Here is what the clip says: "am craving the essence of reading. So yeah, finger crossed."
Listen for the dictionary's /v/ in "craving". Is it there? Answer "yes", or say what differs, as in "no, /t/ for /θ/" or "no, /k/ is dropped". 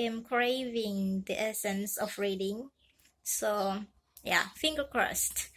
yes